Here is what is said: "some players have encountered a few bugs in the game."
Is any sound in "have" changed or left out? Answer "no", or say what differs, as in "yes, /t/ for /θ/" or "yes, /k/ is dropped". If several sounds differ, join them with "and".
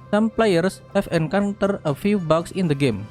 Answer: yes, /f/ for /v/